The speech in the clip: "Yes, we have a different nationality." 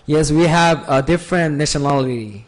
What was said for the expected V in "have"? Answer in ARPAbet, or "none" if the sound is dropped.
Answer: V